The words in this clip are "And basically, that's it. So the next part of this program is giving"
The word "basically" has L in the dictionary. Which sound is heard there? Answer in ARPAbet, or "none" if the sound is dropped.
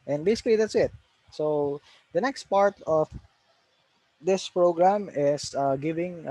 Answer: L